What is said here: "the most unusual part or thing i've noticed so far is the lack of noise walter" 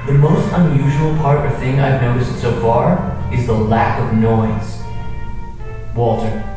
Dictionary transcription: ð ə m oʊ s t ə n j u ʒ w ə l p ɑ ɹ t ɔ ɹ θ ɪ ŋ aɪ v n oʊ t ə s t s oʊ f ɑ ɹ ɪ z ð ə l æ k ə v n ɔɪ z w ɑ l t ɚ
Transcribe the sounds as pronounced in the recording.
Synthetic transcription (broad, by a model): ð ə m oʊ s t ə n j u ʒ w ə l p ɑ ɹ t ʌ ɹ θ ɪ ŋ aɪ v n oʊ t ə s t s oʊ f ɑ ɹ ɪ z ð ə l æ k ə v n ɔɪ z w ɑ l t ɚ